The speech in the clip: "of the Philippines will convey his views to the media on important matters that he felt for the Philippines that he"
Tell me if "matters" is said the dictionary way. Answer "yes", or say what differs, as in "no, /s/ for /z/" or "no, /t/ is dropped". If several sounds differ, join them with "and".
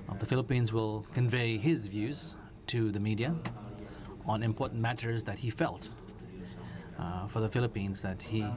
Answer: yes